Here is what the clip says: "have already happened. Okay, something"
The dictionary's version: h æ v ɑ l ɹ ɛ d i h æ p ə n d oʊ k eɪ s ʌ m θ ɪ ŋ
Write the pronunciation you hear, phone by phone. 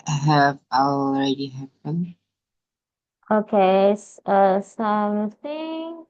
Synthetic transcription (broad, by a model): h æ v ɑ l ɹ ɛ d i h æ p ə n oʊ k eɪ s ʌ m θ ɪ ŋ